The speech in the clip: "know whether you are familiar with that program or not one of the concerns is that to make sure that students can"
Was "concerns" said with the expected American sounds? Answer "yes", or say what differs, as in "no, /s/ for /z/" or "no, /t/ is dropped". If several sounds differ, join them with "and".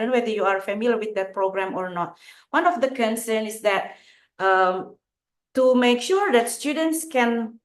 no, /z/ is dropped